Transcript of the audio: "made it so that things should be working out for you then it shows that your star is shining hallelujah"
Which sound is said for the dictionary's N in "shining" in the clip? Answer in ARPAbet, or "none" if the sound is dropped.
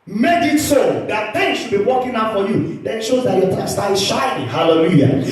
none